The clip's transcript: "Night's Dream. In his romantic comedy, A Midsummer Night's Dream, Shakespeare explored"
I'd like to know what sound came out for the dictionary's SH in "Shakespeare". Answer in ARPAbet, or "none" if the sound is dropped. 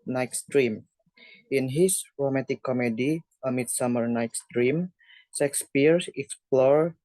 S